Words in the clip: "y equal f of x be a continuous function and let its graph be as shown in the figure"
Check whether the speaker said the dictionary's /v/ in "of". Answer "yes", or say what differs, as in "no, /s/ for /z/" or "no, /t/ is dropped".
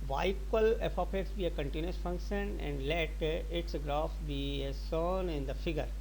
no, /p/ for /v/